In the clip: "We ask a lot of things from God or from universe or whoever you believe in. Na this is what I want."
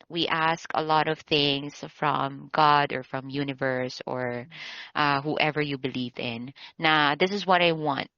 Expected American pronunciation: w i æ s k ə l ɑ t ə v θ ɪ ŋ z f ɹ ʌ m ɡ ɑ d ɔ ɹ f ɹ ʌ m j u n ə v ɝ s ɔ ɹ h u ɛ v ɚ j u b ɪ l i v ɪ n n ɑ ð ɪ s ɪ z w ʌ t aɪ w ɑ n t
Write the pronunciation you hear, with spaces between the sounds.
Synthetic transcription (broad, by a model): w i æ s k ə l ɑ t ə v θ ɪ ŋ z f ɹ ʌ m ɡ ɑ d ɔ ɹ f ɹ ʌ m j u n ə v ɝ s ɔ ɹ h u ɛ v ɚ j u b ɪ l i v ɪ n n ɑ ð ɪ s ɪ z w ʌ t aɪ w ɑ n t